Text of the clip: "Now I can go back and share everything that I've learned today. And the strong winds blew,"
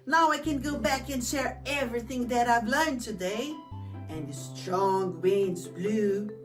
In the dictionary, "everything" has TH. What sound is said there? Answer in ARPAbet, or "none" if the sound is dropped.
TH